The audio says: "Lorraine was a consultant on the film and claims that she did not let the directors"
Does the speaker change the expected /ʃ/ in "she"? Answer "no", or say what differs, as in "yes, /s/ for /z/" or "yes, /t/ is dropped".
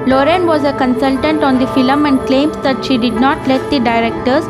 no